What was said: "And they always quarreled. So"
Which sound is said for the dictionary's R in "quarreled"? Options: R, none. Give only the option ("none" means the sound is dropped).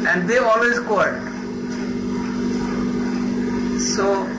none